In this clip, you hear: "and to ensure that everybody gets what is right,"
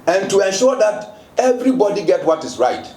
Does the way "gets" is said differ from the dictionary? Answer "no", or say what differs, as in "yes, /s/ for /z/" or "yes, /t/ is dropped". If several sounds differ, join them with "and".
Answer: yes, /s/ is dropped